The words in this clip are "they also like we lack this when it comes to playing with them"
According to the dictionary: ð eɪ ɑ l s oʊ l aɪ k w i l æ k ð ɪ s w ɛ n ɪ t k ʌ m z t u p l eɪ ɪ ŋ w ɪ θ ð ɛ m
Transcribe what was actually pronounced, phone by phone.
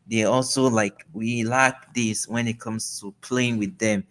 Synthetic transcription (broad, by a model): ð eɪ ɑ l s oʊ l aɪ k w i l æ k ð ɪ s w ɛ n ɪ t k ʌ m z t u p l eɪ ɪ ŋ w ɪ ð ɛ m